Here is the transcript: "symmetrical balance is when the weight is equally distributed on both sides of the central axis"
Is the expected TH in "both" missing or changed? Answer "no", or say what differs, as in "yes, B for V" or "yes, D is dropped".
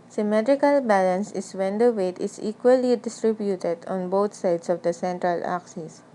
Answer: yes, T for TH